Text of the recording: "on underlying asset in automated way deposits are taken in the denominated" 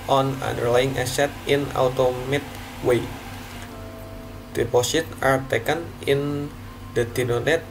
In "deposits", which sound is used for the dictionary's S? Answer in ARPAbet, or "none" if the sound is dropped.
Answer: none